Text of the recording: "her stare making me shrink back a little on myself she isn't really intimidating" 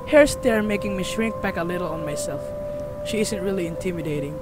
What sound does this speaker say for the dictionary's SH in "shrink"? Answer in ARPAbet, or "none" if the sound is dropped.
SH